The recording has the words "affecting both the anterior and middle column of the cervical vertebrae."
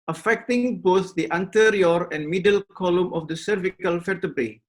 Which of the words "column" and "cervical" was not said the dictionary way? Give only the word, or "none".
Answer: none